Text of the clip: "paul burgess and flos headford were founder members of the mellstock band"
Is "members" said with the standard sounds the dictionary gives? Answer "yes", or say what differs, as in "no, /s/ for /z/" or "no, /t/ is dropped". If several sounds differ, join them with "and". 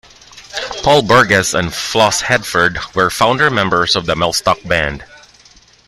no, /s/ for /z/